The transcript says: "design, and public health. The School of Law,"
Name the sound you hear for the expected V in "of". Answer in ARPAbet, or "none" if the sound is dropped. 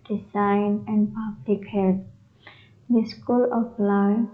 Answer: P